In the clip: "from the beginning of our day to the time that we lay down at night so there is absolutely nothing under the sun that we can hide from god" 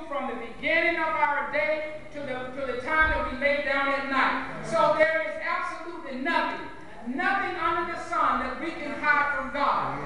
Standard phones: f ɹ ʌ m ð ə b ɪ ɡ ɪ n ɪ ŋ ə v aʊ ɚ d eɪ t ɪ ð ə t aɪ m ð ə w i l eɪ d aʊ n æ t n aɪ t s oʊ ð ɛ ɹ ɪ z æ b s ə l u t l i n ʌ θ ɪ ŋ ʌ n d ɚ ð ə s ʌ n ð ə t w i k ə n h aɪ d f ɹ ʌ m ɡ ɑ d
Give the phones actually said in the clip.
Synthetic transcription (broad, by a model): f ɹ ʌ m ð ə b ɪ ɡ ɪ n ɪ ŋ ə v aʊ ɚ d eɪ t ɪ ð ə t aɪ m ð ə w i l eɪ d aʊ n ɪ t n aɪ t s oʊ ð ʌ ɹ ɪ z æ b s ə l u t l i n ʌ θ ɪ ŋ ʌ n d ɚ ð ə s ʌ n ð ə t w i k ə n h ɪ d f ɹ ʌ m ɡ ɑ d